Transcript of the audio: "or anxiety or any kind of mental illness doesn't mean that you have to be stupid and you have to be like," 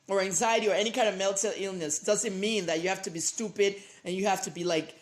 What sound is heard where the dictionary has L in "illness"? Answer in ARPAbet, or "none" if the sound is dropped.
L